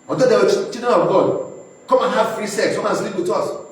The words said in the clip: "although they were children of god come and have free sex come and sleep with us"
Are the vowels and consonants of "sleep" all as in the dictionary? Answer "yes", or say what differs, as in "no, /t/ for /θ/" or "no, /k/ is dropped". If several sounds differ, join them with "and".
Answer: yes